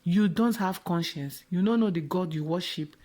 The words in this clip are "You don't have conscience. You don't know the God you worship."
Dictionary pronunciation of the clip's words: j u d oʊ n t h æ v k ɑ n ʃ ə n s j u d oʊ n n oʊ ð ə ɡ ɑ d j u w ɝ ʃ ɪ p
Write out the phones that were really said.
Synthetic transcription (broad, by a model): j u d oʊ n t h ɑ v k ɑ n ʃ ə n s j u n oʊ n n oʊ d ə ɡ ɑ d j u w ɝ ʃ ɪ p